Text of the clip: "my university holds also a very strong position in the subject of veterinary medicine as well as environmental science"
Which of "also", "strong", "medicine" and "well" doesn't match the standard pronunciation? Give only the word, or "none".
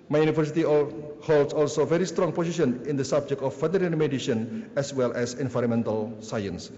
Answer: medicine